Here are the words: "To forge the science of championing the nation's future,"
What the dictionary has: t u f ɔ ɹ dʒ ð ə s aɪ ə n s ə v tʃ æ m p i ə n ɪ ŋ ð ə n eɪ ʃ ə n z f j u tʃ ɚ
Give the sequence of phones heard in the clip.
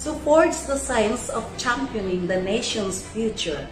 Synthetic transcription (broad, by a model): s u p ɔ ɹ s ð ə s aɪ ə n s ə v tʃ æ m p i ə n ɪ ŋ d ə n eɪ ʃ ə n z f j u tʃ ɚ